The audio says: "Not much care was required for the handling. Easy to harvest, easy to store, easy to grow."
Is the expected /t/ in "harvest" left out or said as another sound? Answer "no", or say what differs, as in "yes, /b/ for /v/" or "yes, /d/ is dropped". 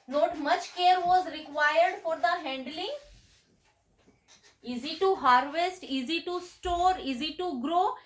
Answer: no